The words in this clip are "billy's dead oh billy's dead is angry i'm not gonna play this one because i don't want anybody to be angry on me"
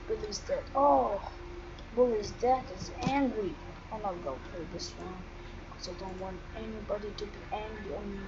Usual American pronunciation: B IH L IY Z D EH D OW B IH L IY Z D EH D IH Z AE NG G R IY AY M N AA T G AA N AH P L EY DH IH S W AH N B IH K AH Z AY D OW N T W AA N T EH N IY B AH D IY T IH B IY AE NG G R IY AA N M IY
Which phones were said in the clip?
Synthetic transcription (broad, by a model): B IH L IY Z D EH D OW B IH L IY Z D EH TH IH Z AE NG G R IY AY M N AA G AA AH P EY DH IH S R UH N K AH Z AY D OW N T W AA N T EH N IY B AH D IY T IH B IY AE NG G R IY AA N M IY